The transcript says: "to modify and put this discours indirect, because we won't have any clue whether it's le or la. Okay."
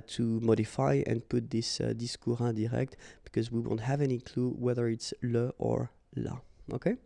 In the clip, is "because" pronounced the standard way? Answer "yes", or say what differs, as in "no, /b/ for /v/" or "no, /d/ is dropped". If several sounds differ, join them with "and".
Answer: yes